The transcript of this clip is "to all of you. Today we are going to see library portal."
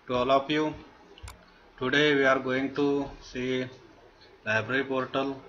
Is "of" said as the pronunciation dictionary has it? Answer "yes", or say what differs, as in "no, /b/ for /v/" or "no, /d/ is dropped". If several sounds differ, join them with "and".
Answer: no, /p/ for /v/